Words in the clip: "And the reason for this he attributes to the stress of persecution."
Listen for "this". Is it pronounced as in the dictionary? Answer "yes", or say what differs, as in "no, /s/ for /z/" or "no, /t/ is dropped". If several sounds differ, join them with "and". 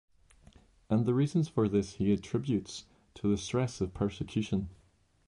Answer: yes